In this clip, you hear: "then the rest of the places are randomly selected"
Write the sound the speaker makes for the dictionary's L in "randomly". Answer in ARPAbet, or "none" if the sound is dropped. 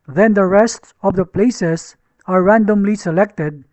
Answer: L